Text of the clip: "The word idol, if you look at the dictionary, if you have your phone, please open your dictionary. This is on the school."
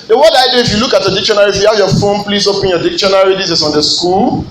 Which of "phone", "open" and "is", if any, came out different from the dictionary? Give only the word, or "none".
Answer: is